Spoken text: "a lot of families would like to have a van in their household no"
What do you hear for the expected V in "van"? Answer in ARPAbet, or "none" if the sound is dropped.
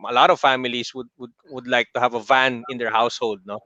V